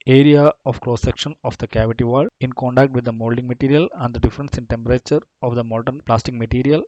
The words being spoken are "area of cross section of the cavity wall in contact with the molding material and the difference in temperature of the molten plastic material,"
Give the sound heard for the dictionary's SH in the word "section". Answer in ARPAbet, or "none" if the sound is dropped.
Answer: SH